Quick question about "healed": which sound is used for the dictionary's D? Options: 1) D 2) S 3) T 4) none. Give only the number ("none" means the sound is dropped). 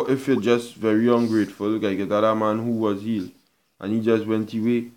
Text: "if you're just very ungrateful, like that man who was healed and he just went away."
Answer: 4